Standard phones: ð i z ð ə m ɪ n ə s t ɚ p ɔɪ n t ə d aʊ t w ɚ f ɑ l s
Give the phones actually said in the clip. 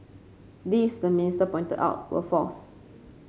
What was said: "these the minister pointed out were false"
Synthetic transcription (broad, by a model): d i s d ə m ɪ n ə s t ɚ p ɔɪ n t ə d aʊ t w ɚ f ɑ s